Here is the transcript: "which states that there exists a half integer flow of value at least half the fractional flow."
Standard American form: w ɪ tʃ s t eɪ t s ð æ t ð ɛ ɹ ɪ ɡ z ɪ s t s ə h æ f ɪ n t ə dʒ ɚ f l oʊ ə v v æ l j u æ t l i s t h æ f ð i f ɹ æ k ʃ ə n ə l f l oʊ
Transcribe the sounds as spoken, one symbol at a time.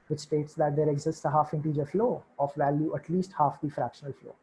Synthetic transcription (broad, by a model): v ɪ tʃ s t eɪ t s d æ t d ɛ ɹ ɪ ɡ z ɪ s t s ə h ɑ f ɪ n t ə dʒ ɚ f l oʊ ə f v æ l j u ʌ t l i s t h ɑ f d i f ɹ æ k ʃ ə n ə l f l oʊ